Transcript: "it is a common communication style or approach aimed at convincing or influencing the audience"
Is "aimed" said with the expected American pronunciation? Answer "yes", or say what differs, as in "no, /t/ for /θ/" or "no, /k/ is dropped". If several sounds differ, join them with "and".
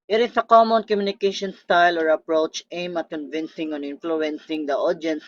no, /d/ is dropped